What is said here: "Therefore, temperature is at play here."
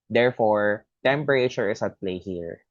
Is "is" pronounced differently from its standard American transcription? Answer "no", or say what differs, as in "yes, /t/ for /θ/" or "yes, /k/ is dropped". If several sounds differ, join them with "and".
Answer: yes, /s/ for /z/